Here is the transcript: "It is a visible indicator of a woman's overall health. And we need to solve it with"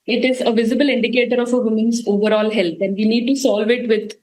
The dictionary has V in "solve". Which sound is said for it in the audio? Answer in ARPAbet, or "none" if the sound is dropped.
V